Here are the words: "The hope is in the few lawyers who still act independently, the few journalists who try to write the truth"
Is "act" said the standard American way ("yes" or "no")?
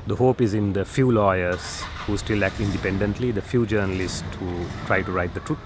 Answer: no